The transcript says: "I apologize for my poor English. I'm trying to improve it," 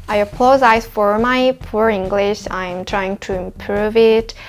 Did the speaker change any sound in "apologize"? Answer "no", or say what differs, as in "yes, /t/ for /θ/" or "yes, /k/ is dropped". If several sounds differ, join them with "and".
yes, /z/ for /dʒ/